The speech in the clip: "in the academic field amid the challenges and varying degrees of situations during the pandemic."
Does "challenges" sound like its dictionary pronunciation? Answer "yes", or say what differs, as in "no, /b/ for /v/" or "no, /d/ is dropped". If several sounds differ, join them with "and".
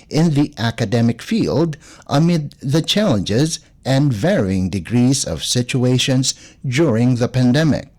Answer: yes